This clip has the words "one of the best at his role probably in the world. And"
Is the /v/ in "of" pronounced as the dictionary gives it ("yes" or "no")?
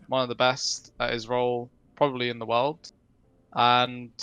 yes